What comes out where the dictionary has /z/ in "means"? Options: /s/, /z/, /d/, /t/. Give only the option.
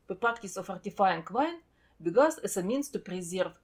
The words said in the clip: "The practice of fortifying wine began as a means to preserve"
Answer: /s/